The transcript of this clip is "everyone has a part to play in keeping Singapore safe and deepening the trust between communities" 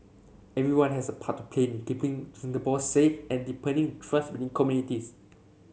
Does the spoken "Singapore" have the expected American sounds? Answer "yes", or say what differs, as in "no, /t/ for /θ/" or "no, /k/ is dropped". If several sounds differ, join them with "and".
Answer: no, /b/ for /p/